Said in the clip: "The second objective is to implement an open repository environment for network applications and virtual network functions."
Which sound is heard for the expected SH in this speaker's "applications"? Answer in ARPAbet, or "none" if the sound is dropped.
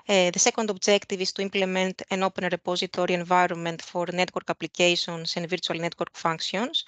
S